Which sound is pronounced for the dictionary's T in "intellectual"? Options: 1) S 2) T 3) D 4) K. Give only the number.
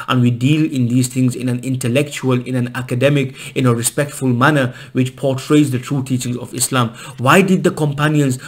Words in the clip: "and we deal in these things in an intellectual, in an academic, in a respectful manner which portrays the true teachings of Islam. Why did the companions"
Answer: 2